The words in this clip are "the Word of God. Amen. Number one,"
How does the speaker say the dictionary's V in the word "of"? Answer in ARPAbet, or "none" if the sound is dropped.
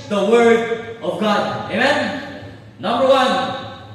V